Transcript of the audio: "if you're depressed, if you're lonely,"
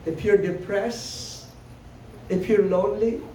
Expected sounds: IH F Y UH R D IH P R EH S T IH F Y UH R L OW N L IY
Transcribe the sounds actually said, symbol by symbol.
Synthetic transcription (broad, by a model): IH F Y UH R D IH P R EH S IH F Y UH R L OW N L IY